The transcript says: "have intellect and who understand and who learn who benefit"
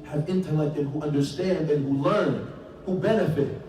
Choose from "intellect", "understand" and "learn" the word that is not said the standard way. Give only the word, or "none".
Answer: none